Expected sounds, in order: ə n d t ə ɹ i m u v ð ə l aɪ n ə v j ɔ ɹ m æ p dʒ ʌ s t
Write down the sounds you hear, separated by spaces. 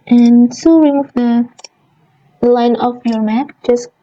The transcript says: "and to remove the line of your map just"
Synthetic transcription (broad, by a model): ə n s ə w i m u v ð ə l aɪ n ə f j ɔ ɹ m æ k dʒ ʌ s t